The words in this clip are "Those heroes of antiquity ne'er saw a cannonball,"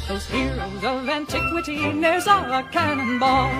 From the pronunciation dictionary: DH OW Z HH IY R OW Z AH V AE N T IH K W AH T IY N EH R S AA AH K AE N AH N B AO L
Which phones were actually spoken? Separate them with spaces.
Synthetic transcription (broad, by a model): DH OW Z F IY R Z AH V AE N T IH K W AH T IY N EH R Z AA AH K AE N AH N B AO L